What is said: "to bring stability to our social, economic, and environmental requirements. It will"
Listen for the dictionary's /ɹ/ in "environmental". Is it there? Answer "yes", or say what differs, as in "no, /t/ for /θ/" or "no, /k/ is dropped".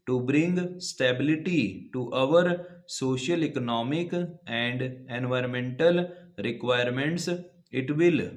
yes